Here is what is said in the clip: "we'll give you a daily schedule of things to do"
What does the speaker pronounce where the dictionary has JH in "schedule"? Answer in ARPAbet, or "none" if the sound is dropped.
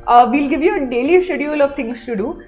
none